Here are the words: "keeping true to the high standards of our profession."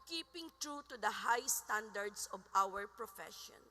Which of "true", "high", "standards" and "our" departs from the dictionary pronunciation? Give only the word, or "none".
standards